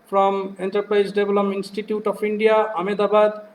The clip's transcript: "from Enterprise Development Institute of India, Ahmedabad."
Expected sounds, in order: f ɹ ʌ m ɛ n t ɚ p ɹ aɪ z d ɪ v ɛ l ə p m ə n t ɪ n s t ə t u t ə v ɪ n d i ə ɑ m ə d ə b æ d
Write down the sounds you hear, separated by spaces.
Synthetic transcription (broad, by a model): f ɹ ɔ m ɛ n t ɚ p ɹ aɪ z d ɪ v l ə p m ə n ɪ n s t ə t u t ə p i n d i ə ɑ m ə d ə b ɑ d